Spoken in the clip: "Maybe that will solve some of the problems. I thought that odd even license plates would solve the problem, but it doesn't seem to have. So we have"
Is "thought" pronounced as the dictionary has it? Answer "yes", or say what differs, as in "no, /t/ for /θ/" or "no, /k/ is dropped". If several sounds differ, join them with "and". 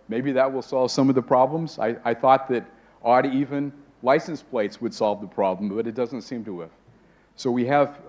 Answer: yes